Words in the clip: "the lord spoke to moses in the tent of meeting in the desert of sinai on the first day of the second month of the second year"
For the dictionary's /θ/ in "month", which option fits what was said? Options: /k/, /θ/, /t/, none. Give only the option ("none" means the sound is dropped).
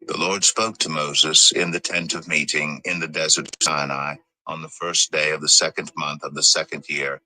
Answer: /θ/